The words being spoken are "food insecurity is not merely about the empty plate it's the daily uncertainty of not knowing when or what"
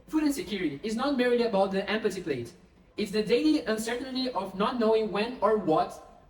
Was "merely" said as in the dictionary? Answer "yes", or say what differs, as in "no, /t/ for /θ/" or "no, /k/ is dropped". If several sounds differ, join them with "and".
no, /l/ is dropped